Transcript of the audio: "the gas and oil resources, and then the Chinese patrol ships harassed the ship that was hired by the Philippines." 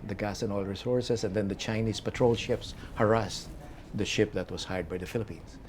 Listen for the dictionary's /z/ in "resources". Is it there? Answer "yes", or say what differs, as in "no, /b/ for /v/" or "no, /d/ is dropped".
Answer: no, /s/ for /z/